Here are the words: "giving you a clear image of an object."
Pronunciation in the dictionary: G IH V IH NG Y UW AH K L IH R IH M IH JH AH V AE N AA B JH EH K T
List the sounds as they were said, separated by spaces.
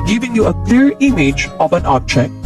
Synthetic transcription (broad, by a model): G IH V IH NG Y UW AH K L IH R IH M IH JH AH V AE N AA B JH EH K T